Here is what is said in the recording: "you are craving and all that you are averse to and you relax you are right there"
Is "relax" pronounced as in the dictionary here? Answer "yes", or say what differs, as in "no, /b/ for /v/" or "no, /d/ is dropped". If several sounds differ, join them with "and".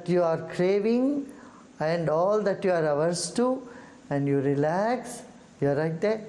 yes